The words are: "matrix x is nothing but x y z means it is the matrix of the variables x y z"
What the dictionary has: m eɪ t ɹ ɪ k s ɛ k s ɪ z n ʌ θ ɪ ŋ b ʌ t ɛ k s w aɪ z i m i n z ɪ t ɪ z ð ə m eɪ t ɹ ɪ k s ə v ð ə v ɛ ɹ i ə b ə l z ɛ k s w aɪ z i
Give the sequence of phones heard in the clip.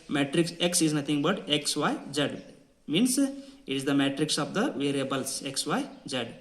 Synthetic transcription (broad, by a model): m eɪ t ɹ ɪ k s ɛ k s ɪ z n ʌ t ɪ ŋ b ʌ t ɛ k s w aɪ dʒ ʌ m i n s ɪ t ɪ z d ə m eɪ t ɹ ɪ k s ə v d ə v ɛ ɹ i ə b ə l s ɛ k s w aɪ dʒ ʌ